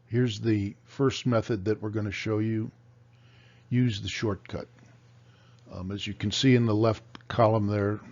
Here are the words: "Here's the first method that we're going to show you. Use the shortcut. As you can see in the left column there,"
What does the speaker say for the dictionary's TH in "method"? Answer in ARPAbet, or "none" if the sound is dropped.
TH